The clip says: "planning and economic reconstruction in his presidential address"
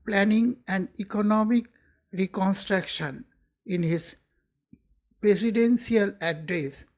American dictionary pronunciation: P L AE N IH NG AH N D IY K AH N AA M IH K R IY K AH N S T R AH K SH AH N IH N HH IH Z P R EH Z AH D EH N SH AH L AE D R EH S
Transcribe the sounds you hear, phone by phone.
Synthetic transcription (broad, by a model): P L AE N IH NG AH N D IY K AH N AA M IH K R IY K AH N S T R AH K SH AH N IH N HH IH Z P R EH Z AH D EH N S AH L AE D R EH S